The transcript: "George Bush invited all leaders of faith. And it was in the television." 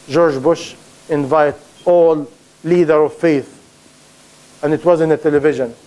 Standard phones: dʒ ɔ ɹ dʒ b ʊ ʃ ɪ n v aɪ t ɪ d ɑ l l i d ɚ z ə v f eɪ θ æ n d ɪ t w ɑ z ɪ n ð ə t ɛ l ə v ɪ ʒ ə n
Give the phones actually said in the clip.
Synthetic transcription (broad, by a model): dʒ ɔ ɹ dʒ b ʊ ʃ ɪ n v aɪ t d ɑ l l i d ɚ ə v f eɪ θ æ n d ɪ t w ɑ z ɪ n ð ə t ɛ l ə v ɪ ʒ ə n